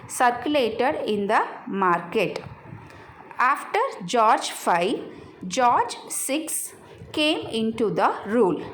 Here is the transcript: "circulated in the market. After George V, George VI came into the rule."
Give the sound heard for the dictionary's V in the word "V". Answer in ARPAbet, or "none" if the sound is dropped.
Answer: F